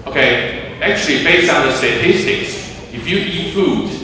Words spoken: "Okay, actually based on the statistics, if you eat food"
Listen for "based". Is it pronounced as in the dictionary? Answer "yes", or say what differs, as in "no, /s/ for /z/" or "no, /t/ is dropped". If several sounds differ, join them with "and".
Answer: no, /t/ is dropped